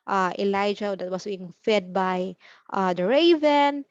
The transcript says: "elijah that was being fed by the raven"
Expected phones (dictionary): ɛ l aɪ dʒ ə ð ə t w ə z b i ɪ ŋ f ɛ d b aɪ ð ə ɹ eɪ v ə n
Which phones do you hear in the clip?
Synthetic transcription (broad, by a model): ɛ l aɪ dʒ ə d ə t w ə s b i ɪ ŋ f ɛ d b aɪ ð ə ɹ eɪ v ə n